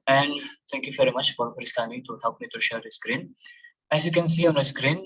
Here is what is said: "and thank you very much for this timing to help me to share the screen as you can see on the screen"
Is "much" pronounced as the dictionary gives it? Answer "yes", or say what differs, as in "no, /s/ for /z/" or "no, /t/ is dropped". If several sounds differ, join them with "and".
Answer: yes